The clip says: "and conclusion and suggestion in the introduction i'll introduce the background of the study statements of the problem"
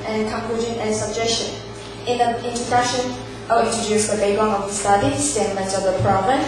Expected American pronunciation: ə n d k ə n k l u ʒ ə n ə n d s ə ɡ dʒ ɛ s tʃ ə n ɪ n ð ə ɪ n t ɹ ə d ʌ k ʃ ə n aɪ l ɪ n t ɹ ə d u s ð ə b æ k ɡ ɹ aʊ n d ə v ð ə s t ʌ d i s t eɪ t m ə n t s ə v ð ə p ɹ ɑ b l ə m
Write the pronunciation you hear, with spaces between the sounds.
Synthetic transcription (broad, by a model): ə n k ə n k u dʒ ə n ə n s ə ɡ dʒ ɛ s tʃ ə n ɪ n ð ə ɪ n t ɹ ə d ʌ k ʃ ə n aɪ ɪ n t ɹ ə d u s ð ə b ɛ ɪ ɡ aʊ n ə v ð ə s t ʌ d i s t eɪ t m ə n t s ə v ð ə p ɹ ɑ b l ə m